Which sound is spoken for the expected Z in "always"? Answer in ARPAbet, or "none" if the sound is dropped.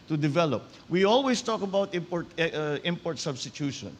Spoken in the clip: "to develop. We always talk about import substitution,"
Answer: S